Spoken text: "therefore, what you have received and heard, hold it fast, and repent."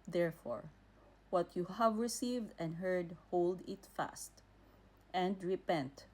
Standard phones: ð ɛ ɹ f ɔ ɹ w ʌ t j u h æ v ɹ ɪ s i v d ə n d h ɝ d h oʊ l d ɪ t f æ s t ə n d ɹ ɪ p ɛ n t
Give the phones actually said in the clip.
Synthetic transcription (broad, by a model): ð ɛ ɹ f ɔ ɹ w ʌ t j u h æ v ɹ ɪ s i v d ə n d h ɝ d h oʊ l d ɪ t f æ s t ə n d ɹ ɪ p ɛ n t